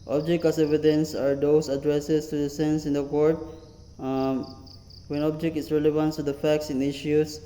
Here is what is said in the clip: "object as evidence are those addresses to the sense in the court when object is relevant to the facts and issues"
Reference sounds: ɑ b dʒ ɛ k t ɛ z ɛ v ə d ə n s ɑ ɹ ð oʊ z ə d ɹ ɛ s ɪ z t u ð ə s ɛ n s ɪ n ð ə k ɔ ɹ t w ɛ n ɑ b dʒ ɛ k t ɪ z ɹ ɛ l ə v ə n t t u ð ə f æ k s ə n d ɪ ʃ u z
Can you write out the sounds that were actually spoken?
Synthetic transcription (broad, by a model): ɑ b dʒ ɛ k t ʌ s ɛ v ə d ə n s ɑ ɹ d oʊ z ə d ɹ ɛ s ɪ s t u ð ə s ɛ n s ɪ n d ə k ɔ ɹ t w ɛ n ɑ b dʒ ɛ k t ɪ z ɹ ɛ l ə v ə n t t u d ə f æ k s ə n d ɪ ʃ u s